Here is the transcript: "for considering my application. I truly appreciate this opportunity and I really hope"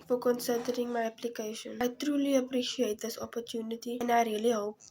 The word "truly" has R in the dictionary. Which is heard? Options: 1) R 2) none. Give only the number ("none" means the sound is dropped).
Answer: 1